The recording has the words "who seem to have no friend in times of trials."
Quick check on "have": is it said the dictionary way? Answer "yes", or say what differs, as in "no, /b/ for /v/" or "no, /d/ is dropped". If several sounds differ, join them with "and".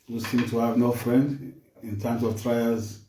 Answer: yes